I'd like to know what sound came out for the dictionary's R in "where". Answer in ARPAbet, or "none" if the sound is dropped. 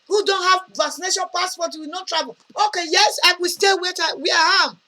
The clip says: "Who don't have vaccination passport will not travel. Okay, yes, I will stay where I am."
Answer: W